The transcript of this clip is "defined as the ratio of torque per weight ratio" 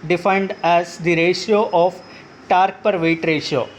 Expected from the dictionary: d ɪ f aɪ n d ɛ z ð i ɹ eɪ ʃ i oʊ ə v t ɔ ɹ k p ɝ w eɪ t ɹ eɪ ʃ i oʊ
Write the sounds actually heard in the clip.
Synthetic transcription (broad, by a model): d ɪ f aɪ n d ɛ z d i ɹ eɪ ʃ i oʊ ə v t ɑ ɹ k p ɝ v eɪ t ɹ eɪ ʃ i oʊ